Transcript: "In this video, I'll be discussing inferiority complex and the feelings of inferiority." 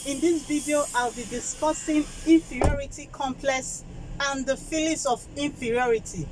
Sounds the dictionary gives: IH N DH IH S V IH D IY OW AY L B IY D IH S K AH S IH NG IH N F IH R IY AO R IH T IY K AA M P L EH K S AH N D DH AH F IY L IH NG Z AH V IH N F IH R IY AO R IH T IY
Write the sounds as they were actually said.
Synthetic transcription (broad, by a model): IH N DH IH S V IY D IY OW AY L B IY D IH S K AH S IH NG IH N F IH R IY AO R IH T IY K AA M P L EH K S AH N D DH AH F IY L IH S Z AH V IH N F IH R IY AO R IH T IY